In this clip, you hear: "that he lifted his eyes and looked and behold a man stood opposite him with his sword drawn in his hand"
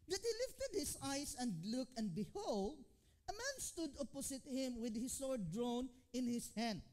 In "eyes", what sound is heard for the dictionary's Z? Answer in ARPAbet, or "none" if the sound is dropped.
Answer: S